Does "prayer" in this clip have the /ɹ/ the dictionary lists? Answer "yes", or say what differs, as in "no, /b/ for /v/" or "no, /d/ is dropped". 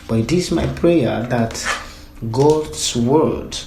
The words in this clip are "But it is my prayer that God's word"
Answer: yes